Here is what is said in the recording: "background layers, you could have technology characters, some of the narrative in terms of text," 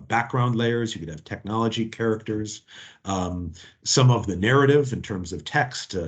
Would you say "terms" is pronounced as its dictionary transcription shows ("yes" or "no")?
yes